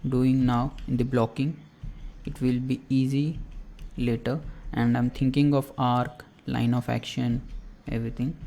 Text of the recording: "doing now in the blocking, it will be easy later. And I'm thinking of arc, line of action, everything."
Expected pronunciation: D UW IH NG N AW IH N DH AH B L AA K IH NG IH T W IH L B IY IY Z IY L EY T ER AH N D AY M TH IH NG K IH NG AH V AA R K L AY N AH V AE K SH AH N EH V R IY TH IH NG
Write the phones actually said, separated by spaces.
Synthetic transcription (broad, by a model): D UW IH NG N AW IH N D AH B L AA K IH NG IH T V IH L B IY IY Z IY L EY T ER AH N D AY M T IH NG K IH NG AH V AA R K L AY N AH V AE K SH AH N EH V R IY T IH NG